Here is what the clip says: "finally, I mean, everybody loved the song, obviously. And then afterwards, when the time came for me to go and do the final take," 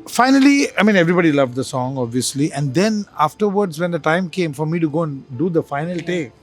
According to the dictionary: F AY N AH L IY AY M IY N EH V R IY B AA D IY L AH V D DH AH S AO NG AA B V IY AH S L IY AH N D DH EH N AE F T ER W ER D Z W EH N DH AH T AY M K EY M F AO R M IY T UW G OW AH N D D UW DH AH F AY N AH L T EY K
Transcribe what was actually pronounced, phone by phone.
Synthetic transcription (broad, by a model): F AY N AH L IY AY M IY N EH V R IY B AA D IY L AH V D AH S AO NG AA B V IY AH S L IY AH N D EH N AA F T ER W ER D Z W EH N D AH T AY M K EY M F AO R M IY T UW G OW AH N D D UW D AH F AY N AH L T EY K